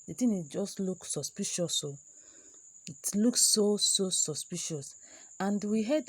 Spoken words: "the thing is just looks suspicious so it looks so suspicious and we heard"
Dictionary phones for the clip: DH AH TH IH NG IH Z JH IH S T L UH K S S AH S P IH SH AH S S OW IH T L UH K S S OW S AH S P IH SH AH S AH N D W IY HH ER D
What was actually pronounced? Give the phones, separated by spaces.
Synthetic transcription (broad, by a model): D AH T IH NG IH JH IH S T L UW K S S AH S P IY SH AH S S OW IH T L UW K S S OW S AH S P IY SH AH S AH N D W IY HH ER D